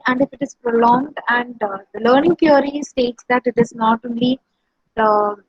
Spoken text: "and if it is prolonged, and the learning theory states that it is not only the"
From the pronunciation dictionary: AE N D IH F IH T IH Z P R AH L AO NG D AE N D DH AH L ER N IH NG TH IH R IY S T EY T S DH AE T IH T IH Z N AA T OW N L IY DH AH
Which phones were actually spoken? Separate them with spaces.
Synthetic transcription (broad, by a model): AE N D IH F IH T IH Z P R AH L AO NG D AE N D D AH L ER N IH NG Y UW R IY S T EY T S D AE T IH T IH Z N AA T OW N L IY